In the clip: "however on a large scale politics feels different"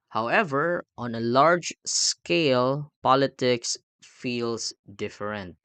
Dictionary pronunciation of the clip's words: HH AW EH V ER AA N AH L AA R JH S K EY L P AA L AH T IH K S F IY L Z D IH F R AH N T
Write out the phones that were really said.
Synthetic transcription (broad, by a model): HH AW EH V ER AA N AH L AA R JH S K EY L P AA L AH T IH K S F IY L S D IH F R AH N T